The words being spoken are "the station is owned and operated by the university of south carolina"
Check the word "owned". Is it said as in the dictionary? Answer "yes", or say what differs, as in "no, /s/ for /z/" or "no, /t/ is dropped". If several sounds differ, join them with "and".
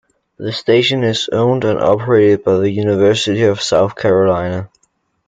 yes